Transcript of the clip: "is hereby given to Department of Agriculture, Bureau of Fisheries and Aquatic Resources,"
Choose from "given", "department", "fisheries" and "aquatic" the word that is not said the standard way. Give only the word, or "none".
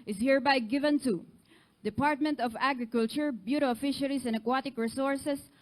fisheries